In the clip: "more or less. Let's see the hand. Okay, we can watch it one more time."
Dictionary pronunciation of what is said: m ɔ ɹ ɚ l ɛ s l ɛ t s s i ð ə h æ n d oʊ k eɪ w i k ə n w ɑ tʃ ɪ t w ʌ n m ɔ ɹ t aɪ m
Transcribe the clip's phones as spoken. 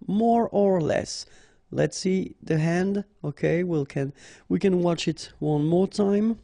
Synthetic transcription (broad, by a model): m ɔ ɹ ɚ l ɛ s l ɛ t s s i ð ə h æ n d oʊ k eɪ w i k ə n w ɑ tʃ ɪ t w ʌ n m ɔ ɹ t aɪ m